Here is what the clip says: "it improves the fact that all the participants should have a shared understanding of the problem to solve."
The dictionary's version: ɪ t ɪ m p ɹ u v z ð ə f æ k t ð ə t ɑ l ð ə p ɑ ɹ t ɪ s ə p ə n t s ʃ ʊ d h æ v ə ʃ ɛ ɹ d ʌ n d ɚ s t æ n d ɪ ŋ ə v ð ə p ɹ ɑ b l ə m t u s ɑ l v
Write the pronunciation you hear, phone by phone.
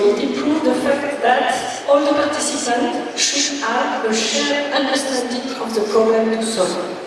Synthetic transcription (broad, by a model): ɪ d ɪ p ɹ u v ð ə f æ k t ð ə t ɑ l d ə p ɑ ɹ t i s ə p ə n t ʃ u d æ ə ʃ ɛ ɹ ʌ n d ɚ s t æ n d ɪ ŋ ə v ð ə p ɹ ɑ b l ə m t u s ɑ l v